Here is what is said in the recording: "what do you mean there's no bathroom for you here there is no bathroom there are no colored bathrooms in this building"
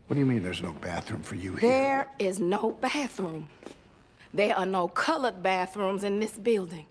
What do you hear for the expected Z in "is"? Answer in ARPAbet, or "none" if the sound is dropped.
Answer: Z